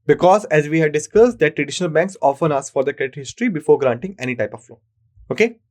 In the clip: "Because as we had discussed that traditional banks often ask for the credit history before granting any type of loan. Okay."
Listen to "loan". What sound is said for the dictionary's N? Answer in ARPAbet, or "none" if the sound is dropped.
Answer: none